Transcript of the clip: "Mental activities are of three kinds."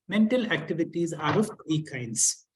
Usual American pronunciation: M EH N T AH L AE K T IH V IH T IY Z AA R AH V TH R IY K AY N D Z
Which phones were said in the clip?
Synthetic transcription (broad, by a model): M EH N T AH L AE K T IH V IH T IY Z AA R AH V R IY K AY N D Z